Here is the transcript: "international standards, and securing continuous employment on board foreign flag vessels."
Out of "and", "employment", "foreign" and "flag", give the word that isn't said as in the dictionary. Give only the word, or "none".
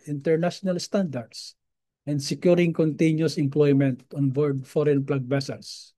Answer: flag